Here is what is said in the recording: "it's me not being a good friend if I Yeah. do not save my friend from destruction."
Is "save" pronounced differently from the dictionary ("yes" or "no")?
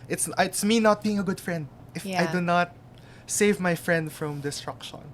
no